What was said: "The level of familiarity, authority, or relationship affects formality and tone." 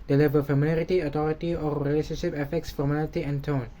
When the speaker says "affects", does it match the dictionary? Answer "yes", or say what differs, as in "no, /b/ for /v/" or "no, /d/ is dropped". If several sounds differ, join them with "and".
yes